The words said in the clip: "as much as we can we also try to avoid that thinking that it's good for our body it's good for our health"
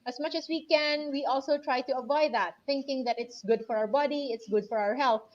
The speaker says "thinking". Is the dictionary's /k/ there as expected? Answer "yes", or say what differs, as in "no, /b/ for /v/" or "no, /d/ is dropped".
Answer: yes